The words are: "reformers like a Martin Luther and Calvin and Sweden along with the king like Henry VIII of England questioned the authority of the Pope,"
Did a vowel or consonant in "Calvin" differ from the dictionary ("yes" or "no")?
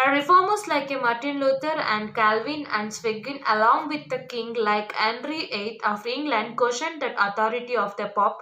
no